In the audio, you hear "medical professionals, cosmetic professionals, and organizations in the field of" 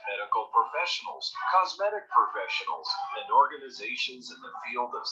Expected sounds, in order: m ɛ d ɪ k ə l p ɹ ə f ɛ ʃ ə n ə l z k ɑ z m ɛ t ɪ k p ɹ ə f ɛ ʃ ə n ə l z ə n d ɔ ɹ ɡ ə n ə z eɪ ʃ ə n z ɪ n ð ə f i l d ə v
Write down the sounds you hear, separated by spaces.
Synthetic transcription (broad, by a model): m ɛ d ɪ k l p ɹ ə f ɛ ʃ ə n l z k ɑ z m ɛ t ɪ k p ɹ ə f ɛ ʃ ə n l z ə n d ɔ ɹ ɡ ə n ə z eɪ ʃ ə n z ɪ n ð ə f i l d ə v